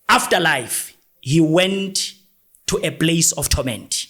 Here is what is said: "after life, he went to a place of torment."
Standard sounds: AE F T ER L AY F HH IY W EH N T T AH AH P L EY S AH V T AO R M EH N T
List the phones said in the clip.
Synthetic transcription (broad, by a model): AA F T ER L AY F HH IY W EH N T T AH P L EY S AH F T AO M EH N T